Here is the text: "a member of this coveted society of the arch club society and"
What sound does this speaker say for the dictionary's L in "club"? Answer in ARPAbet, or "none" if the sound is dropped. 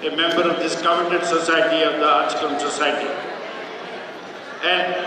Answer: none